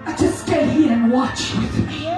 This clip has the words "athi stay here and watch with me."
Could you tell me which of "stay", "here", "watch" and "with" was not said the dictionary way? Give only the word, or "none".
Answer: none